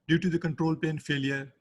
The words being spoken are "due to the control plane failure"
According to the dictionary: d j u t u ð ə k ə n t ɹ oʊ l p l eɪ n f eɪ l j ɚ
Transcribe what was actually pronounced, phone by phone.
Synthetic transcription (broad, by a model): d j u t u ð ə k ə n t ɹ oʊ l p eɪ n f eɪ l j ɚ